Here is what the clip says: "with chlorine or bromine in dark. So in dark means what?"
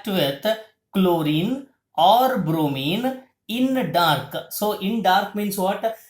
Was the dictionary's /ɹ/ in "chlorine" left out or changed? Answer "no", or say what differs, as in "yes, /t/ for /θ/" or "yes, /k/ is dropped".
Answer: no